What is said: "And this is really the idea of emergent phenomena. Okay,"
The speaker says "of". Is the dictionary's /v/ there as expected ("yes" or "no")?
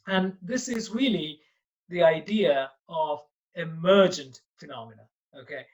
yes